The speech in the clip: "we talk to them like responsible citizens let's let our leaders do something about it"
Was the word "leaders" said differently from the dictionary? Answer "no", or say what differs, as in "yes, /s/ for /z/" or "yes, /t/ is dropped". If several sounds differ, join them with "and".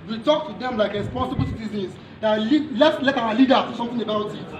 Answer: yes, /z/ is dropped